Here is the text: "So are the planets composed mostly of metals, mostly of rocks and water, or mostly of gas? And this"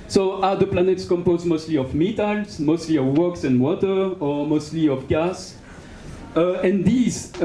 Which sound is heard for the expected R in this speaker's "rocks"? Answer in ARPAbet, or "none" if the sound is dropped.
W